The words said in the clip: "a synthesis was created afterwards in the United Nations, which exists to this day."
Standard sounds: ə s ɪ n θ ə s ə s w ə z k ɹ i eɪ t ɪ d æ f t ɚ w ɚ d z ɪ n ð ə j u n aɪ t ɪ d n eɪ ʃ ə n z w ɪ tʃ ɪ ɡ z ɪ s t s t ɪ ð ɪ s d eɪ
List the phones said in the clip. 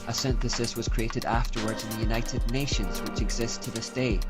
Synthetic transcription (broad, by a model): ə s ɪ n θ ə s ə s w ə z k ɹ i eɪ t ɪ d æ f t ɚ w ɚ d z ɪ n ð ə j u n aɪ t ɪ d n eɪ ʃ ə n z w ɪ tʃ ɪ ɡ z ɪ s s t ɪ ð ɪ s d eɪ